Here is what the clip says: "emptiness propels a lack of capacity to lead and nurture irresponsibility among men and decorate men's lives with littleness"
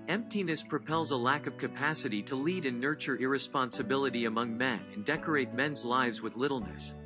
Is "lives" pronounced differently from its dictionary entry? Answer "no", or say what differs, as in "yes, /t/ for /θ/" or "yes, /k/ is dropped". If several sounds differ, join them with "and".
no